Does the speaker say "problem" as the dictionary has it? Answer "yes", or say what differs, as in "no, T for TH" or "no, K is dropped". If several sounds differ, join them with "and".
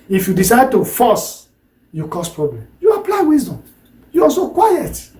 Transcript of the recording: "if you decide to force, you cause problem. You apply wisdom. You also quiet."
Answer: yes